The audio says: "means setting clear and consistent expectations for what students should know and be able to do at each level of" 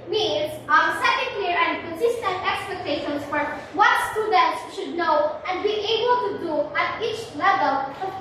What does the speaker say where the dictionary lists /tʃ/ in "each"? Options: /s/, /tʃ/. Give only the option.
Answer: /tʃ/